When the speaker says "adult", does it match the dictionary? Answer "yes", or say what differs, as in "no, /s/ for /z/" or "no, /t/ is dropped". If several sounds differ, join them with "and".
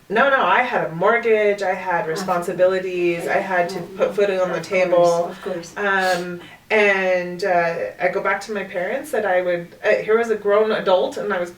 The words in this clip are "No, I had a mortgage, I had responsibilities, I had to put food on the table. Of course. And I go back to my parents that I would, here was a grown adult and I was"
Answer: yes